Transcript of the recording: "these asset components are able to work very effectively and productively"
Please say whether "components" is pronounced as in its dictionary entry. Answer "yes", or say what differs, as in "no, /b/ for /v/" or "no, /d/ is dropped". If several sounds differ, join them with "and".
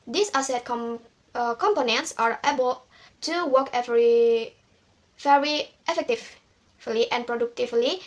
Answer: yes